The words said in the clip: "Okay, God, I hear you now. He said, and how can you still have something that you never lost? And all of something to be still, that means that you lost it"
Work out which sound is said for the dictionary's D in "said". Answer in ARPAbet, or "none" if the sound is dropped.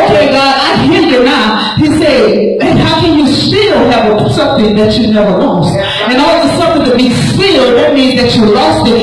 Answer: none